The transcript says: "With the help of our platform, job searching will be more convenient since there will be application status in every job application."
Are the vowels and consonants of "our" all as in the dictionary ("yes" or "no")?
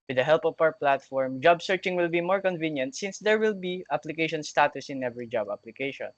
no